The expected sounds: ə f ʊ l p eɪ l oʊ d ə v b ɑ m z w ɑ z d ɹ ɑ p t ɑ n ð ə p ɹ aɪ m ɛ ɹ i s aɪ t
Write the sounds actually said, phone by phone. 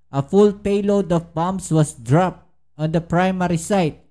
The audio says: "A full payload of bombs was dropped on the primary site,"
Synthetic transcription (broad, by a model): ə f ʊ l p eɪ l oʊ d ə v b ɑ m s w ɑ s d ɹ ɑ p t ɑ n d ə p ɹ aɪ m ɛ ɹ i s aɪ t